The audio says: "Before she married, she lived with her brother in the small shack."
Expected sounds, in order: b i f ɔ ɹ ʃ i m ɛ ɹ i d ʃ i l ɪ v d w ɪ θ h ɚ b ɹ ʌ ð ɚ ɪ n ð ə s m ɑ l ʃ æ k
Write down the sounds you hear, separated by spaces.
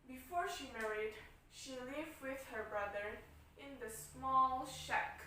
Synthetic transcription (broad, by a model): b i f ɔ ɹ ʃ i m ɛ ɹ i d ʃ i l ɪ v d w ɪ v h ɚ b ɹ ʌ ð ɚ ɪ n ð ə s m ɑ l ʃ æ k